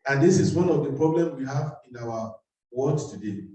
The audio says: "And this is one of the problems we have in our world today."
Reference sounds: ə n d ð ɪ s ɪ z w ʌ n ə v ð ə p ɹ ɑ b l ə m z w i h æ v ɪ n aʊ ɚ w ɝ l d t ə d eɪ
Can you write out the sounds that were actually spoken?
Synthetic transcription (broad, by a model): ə n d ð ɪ s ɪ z w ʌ n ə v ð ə p ɹ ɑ b l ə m w i h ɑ v ɪ n aʊ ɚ w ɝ d t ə d eɪ